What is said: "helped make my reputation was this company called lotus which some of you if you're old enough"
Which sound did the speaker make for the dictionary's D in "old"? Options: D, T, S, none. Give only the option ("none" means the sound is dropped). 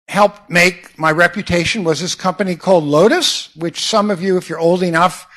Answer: D